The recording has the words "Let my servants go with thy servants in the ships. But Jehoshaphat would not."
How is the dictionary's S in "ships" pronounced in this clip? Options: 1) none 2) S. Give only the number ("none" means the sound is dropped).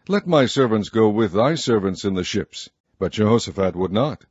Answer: 2